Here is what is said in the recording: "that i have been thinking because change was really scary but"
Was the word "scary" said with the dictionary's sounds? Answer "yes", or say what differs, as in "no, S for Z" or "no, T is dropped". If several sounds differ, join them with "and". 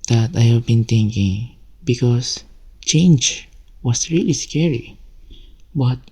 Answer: yes